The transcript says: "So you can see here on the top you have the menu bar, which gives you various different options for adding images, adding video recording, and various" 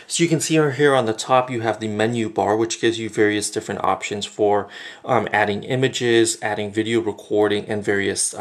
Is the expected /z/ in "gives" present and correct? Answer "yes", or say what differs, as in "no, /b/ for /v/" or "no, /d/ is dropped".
yes